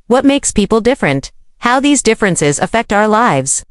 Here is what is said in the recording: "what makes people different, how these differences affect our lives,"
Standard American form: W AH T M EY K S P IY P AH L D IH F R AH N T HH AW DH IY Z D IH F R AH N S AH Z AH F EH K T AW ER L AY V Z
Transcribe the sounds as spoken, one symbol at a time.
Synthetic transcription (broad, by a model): W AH T M EY K S P IY P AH L D IH F R AH N T HH AW DH IY Z D IH F R AH N S AH Z AH F EH K T AW ER L AY V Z